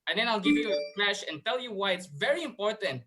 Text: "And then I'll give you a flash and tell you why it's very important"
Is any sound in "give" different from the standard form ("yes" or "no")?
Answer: no